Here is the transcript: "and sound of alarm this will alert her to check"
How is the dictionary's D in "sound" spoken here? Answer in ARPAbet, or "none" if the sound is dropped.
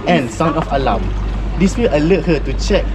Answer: none